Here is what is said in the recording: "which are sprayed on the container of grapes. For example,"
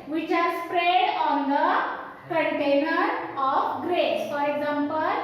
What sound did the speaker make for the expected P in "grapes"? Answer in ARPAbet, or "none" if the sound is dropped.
none